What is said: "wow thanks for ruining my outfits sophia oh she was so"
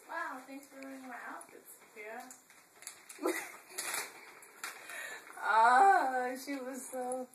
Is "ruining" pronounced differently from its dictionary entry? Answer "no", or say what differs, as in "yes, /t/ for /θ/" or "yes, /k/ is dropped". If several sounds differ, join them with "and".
yes, /n/ is dropped